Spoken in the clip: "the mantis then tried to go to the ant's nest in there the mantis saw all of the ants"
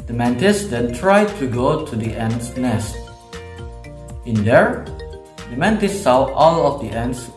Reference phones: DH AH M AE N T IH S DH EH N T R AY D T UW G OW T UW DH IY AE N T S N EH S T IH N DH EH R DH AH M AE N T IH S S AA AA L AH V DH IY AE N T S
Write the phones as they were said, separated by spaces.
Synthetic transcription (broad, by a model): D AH M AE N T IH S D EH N T R AY D T UW G OW T UW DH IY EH N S N EH S T IH N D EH R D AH M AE N T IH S S AA AA L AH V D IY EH N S